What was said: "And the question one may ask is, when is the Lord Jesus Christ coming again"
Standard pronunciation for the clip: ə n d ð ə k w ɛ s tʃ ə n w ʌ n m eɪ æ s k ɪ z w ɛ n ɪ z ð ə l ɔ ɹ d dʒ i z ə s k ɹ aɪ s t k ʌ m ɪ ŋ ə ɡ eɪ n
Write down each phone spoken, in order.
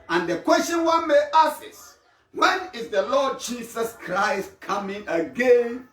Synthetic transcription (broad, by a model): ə n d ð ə k w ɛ s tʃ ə n w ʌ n m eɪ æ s ɪ s w ɛ n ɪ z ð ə l ɔ d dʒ i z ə s k ɹ aɪ s t k ʌ m ɪ ŋ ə ɡ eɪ n